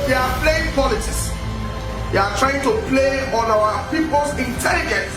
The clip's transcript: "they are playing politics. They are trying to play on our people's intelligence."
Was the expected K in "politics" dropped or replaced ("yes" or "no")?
yes